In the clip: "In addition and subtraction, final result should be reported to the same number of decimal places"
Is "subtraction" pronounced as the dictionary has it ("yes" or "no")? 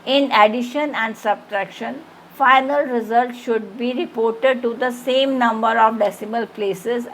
yes